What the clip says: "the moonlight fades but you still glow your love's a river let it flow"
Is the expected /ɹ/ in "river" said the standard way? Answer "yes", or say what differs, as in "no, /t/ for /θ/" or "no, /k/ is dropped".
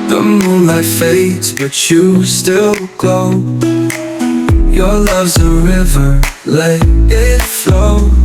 yes